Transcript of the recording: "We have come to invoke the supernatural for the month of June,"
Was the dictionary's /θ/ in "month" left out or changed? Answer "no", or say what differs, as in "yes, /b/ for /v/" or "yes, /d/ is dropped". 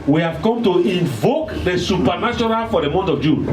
yes, /t/ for /θ/